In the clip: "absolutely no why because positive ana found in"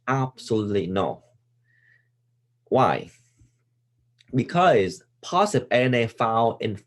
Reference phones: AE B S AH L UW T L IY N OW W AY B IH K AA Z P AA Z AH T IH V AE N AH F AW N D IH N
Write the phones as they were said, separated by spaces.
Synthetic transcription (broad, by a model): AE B S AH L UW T L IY N OW W AY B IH K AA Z P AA S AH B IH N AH F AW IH N